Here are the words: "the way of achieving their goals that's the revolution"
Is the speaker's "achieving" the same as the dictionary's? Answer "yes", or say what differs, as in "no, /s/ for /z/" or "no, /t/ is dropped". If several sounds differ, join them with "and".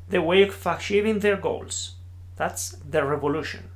no, /ʃ/ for /tʃ/